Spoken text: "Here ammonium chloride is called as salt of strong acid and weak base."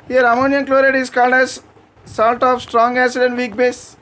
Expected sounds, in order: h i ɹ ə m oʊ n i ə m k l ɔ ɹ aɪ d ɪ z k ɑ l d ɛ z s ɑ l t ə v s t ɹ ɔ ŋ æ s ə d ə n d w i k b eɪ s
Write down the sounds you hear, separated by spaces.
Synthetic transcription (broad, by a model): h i ɹ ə m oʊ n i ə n k l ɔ ɹ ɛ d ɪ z k ɑ l d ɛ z s ɑ l t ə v s t ɹ ɔ ŋ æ s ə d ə n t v i k b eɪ s